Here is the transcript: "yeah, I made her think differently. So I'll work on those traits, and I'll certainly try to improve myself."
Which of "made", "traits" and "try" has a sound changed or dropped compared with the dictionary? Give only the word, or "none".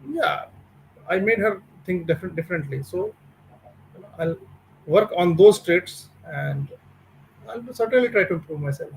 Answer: none